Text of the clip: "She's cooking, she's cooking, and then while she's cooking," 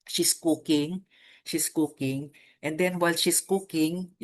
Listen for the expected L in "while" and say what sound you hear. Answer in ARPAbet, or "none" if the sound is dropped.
L